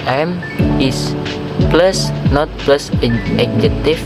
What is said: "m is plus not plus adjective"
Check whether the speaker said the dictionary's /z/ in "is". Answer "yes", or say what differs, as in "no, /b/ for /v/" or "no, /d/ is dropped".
no, /s/ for /z/